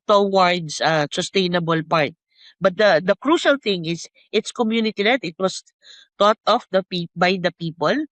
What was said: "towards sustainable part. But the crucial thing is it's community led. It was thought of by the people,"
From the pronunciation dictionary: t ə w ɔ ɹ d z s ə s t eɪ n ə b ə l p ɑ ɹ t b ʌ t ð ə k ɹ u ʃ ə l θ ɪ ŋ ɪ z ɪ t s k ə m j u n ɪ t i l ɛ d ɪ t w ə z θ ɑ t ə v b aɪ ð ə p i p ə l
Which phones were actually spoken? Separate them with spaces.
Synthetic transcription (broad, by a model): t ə w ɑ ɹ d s s ə s t eɪ n ə b ə l p ɑ ɹ t b ʌ t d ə k ɹ u ʃ ə l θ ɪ ŋ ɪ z ɪ t s k ə m j u n ɪ t i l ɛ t ɪ t w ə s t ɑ t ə p b aɪ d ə p i p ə l